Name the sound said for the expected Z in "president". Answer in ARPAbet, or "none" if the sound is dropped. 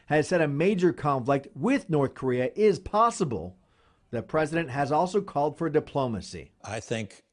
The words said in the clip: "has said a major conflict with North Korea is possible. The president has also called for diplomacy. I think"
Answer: Z